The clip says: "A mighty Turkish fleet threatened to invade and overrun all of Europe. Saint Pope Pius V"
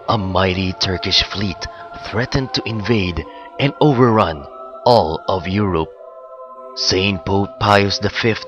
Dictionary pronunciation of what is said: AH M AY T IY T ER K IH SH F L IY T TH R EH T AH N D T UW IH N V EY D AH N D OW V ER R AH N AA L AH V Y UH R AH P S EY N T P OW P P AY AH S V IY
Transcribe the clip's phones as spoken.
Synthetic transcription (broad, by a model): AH M AY T IY T ER K IH SH F L IY T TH R EH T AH N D T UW IH N V EY D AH N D OW V ER R AH N AA L AH V Y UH R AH P S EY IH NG P OW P P AY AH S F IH